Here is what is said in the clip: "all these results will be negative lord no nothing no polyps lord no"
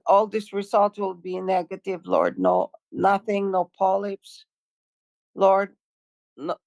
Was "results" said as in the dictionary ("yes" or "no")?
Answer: no